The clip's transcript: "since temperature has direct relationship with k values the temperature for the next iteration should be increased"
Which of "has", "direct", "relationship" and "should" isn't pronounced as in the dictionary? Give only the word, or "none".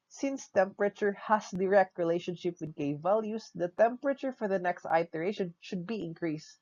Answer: has